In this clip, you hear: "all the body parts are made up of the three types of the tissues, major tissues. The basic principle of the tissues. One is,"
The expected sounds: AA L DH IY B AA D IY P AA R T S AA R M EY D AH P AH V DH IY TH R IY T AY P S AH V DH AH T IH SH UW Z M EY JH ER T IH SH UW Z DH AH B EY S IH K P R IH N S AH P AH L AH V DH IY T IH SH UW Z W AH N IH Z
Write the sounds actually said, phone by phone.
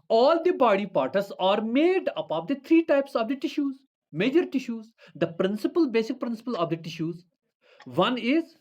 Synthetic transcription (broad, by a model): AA L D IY B AA D IY P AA R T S AA R M EY D AH P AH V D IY T R IY T AY P S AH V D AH T IH SH UW Z M EY JH ER T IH SH UW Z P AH B EY S IH K P R IH N S AH P AH L AH V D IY T IH SH UW Z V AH N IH Z